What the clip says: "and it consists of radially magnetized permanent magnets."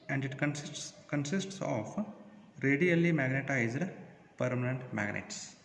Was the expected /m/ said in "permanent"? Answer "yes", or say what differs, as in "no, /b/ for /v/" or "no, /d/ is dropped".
yes